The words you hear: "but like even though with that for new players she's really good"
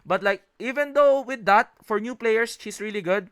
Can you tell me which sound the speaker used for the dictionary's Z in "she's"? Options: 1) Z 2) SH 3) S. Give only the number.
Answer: 3